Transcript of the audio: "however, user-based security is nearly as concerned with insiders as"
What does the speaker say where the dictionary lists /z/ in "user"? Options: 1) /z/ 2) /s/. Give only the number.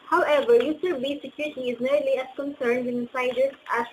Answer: 2